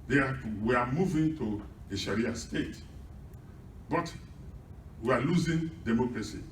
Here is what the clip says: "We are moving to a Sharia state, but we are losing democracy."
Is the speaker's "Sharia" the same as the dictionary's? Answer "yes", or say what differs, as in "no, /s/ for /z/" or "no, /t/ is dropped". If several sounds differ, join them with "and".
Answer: yes